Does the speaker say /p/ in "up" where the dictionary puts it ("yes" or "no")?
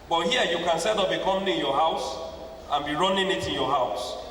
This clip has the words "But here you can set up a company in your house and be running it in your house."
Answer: no